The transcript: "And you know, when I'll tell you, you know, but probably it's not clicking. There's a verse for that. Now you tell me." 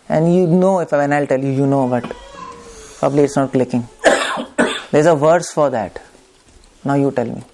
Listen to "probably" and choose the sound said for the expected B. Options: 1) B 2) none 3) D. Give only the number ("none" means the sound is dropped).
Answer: 1